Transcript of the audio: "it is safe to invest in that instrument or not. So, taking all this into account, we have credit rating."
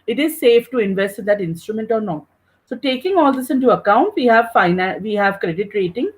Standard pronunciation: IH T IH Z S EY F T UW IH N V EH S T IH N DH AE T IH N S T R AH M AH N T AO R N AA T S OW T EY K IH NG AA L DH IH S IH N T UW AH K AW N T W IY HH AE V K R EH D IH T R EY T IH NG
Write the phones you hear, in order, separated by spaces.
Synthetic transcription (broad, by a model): IH T IH Z S EY F T UW IH N V EH S T IH N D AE T IH N S T R AH M AH N T AO R N AA T S OW T EY K IH NG AA L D IH S IH N T UW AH K AW N T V IY HH AE V K R EH D IH T R EY T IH NG